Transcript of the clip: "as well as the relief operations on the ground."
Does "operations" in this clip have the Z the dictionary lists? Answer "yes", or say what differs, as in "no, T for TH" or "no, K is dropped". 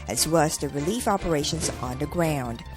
yes